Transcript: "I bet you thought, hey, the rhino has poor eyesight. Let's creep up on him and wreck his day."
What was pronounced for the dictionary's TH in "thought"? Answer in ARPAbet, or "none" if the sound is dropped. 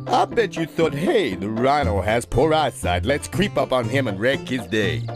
TH